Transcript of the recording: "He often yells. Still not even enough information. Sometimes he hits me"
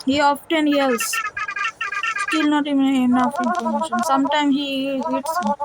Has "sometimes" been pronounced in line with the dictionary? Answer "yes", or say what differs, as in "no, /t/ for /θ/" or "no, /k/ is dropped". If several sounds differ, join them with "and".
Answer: no, /z/ is dropped